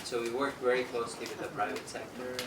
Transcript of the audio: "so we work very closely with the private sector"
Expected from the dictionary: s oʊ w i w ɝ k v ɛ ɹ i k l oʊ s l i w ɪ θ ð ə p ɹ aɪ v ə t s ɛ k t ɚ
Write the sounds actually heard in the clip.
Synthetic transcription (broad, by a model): s oʊ w i w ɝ k v ɛ ɹ i k l oʊ s l i w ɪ ð ə p ɹ aɪ v ə t s ɛ k t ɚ